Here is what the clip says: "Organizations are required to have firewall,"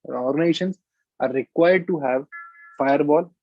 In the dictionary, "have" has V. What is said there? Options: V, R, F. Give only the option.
V